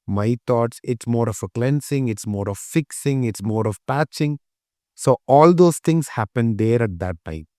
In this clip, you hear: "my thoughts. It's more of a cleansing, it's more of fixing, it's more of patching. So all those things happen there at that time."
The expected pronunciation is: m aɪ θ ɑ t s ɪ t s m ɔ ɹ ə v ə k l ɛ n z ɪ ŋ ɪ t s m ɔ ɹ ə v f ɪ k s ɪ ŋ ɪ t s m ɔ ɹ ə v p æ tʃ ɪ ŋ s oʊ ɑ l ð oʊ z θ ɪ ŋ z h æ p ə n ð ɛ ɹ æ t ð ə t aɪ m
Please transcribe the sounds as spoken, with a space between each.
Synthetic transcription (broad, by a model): m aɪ t ɑ t s ɪ t s m ɔ ɹ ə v ə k l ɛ n s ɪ ŋ ɪ t s m ɔ ɹ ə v f ɪ k s ɪ ŋ ɪ t s m ɔ ɹ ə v p æ tʃ ɪ ŋ s oʊ ɑ l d oʊ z t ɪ ŋ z h æ p ə n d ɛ ɹ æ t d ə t aɪ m